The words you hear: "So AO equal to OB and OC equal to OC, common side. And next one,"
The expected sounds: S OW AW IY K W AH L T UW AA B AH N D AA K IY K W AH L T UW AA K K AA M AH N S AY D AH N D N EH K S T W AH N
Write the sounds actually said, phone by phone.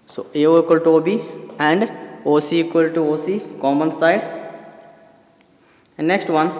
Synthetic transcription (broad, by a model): S OW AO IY K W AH L T UW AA B AH N D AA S IY K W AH L T UW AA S K AA M AH N S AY AH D N EH K S T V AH N